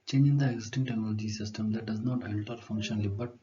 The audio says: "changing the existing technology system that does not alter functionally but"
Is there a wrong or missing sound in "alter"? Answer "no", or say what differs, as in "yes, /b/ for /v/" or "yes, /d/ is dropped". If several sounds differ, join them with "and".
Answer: yes, /n/ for /l/